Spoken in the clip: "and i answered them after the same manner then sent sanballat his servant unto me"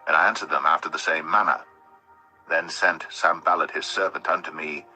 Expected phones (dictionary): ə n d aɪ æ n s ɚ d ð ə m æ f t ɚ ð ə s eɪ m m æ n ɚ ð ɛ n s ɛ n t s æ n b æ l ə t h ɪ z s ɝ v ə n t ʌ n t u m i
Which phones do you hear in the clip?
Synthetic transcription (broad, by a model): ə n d aɪ æ n s ɚ d ð ə m æ f t ɚ ð ə s eɪ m m æ n ɚ ð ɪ n s ɛ n t s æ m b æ l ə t h ɪ z s ɝ v ə n t ʌ n t u m i